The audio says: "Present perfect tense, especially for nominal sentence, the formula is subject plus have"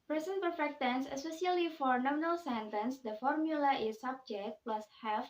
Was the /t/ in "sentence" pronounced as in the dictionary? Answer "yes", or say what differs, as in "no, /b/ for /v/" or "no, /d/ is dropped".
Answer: yes